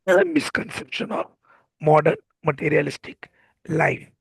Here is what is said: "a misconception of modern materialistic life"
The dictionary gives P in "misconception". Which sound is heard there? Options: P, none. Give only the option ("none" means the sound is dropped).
P